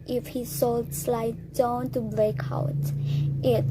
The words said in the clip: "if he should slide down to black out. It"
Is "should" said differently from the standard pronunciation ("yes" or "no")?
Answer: yes